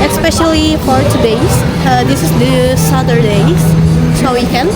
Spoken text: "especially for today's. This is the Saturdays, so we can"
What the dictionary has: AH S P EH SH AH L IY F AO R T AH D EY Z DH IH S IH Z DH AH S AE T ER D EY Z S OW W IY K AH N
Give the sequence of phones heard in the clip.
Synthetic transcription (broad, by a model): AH S P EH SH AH L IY P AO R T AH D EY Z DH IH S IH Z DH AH S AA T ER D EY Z S OW W IY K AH N